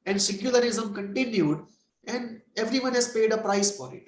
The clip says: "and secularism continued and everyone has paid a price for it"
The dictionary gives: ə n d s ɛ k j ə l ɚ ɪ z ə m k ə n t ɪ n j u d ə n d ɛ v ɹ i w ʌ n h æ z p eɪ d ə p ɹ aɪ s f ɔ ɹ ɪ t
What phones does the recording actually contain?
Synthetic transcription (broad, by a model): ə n d s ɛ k j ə l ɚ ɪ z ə m k ə n t ɪ n j u d ə n d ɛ v ɹ i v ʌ n h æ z p eɪ d ə p ɹ aɪ s f ɔ ɹ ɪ t